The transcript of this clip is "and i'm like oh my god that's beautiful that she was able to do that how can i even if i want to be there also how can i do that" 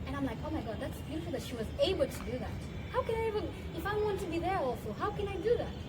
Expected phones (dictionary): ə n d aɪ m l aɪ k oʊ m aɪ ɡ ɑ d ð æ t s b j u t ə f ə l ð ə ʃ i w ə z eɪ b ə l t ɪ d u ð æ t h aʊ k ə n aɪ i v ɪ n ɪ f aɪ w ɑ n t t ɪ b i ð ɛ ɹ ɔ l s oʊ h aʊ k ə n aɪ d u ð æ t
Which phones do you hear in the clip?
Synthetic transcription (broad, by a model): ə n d aɪ m l aɪ k oʊ m aɪ ɡ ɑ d ð æ t s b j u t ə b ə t ʃ i w ə z eɪ b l t ɪ d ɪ ð æ t h aʊ k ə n aɪ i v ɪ ɪ f aɪ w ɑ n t t ɪ b i ð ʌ ɹ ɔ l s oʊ h aʊ k ə n aɪ d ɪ ð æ t